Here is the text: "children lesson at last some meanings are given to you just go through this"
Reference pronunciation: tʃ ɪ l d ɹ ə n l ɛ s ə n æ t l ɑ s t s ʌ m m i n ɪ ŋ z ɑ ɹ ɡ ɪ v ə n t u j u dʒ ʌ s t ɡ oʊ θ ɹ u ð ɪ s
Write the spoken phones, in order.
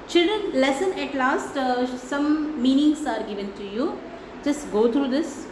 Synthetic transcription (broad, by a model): tʃ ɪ l d ɹ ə n l ɛ s ə n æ t l ɑ s t s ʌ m m i n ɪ ŋ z ɑ ɹ ɡ ɪ v ə n t u j u dʒ ʌ s t ɡ oʊ t ɹ u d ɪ s